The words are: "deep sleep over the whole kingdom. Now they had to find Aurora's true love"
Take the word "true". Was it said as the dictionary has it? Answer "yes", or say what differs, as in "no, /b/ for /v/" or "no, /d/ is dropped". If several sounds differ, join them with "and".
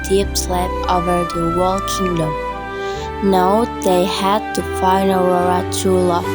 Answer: no, /ɹ/ is dropped